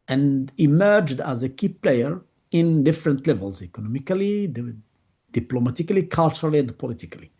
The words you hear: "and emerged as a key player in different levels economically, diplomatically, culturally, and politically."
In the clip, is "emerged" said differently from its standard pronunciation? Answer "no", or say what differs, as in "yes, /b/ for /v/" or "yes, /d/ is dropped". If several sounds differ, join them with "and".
no